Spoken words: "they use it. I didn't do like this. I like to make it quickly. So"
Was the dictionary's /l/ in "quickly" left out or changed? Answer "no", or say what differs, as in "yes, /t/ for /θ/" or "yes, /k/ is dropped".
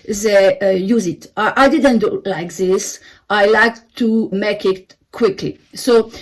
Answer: no